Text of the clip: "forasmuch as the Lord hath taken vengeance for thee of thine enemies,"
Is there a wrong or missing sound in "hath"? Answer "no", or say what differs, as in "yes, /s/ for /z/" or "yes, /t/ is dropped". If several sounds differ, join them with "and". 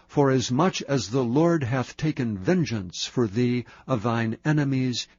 no